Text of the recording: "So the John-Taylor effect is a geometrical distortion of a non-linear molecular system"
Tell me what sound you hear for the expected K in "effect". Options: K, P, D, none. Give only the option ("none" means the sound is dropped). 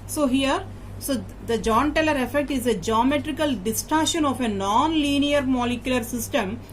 K